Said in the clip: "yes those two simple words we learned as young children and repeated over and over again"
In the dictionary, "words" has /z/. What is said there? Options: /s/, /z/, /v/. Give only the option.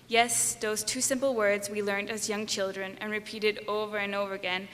/z/